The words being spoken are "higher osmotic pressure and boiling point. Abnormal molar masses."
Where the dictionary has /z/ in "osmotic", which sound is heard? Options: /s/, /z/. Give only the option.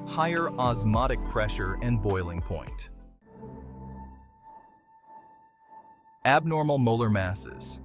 /z/